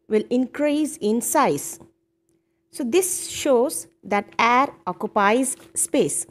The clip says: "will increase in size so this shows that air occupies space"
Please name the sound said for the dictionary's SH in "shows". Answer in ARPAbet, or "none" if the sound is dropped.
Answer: SH